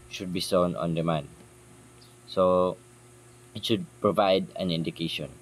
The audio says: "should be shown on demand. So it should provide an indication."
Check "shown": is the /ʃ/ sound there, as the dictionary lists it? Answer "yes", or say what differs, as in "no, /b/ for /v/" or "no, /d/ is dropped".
no, /s/ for /ʃ/